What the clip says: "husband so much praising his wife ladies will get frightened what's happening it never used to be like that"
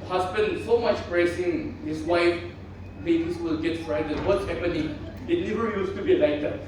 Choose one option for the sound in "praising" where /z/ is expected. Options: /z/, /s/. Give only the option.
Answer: /s/